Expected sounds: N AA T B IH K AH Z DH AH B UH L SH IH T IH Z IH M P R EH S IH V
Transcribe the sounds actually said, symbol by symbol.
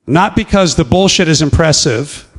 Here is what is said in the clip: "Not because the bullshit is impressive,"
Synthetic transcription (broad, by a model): N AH T B IH K AH Z DH AH B UH L SH IH T IH Z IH M P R EH S IH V